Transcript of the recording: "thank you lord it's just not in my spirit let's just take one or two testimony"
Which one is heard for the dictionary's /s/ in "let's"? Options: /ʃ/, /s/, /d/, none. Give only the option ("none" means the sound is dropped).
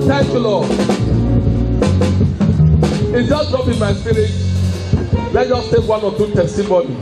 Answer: none